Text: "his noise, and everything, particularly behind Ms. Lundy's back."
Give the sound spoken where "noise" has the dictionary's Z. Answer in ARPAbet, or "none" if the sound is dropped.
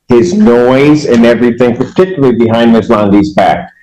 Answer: Z